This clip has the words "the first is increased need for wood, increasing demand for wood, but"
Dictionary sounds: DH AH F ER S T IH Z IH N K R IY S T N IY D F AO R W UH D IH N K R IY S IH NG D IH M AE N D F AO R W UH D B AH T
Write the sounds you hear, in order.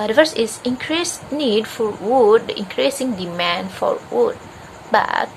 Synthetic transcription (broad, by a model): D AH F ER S IH S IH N K R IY S N IY D F AO R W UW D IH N K R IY S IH NG D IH M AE N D F AO R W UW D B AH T